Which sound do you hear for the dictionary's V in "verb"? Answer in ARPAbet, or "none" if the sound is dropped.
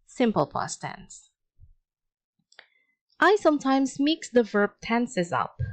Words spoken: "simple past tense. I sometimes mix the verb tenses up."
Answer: V